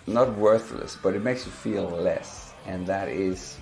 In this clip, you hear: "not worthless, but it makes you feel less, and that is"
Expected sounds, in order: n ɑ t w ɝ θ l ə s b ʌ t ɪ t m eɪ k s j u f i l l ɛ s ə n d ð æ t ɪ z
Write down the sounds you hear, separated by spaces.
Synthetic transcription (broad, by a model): n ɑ t w ɝ θ l ə s b ʌ t ɪ t m eɪ k s j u f i l l ɛ s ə n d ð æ t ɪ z